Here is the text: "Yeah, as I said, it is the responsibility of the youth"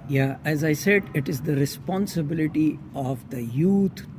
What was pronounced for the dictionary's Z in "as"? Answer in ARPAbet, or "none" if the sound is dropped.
Z